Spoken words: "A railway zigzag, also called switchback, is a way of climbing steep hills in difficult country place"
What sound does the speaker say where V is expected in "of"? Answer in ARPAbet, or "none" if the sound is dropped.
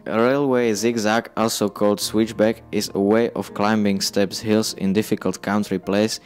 F